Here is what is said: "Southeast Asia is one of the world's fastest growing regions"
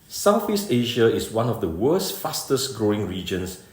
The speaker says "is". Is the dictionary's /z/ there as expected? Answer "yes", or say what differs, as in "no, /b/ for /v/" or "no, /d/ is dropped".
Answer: no, /s/ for /z/